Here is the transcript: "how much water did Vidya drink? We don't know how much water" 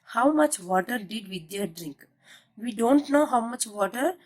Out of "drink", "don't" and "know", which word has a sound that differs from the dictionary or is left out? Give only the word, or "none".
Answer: none